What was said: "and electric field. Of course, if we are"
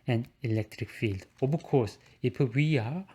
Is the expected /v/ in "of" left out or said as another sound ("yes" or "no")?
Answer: yes